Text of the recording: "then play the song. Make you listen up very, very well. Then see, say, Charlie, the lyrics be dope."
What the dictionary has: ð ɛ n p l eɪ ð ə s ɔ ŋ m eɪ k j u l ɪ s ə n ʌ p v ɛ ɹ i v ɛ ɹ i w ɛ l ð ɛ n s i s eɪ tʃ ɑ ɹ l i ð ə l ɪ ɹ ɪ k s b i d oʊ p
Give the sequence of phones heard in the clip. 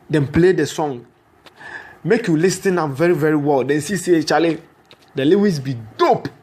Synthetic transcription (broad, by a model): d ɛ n p l eɪ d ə s ɔ ŋ m eɪ k j u l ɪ s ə n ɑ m v ɛ ɹ i v ɛ ɹ i w ɛ l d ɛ n s i s eɪ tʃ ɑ l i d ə l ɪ w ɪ s b i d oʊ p